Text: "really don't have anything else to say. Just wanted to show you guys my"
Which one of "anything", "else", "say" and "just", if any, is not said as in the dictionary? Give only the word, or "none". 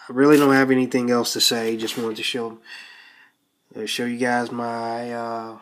none